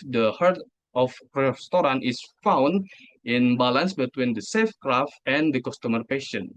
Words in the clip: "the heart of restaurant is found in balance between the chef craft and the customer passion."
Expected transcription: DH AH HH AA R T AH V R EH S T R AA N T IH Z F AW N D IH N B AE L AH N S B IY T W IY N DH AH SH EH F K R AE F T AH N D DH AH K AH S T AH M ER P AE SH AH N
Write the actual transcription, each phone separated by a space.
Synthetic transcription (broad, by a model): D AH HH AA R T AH F R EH S T R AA N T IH S F AW N D IH N B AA L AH N S B IY T W IY N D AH S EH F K R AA F T AH N D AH K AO S T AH M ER P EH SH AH N